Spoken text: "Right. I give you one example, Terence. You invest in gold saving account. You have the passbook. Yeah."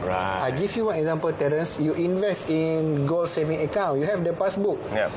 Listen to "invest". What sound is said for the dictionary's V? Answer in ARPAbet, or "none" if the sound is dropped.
V